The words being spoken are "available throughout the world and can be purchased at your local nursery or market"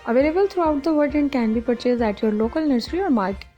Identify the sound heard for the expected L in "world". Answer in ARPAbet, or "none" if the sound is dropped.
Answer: none